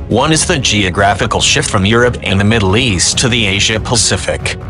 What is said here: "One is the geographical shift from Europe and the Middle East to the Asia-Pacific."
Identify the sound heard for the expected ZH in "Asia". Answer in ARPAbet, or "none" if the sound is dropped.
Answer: ZH